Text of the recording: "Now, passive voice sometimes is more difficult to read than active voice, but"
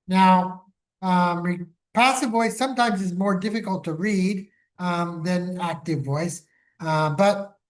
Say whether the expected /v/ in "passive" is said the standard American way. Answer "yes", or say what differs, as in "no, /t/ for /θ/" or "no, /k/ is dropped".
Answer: yes